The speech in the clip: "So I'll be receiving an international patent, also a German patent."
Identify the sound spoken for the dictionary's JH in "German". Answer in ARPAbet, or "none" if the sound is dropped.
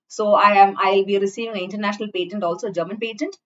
JH